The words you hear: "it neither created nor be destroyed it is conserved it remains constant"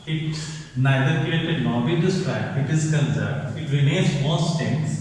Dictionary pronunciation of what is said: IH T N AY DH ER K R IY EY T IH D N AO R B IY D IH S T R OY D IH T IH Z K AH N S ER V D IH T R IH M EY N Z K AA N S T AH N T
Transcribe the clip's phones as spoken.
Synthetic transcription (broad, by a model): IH T N AY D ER K R IY EY T IH D N AO R B IY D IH S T R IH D IH T IH Z K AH N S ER D IH T R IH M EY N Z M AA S T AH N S